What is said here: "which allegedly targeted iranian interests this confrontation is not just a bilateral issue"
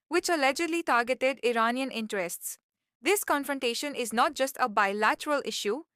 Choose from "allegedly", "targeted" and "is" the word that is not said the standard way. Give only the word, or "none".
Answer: none